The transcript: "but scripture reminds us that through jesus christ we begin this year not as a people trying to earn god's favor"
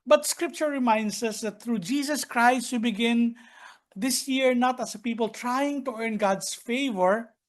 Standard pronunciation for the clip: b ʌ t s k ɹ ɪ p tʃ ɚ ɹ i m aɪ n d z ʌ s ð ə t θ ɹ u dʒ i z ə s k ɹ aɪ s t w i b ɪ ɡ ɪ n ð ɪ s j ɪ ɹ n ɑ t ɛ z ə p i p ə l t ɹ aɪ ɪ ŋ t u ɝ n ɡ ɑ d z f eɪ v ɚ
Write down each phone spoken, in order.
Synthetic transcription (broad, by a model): b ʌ t s k ɹ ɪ p tʃ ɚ ɹ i m aɪ n d s ʌ s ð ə t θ ɹ u dʒ i s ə s k ɹ aɪ s t w i b ɪ ɡ ɪ n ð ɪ s j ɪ ɹ n ɑ t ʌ s ə p i p ə l t ɹ aɪ ɪ ŋ t u ɝ n ɡ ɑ d s f eɪ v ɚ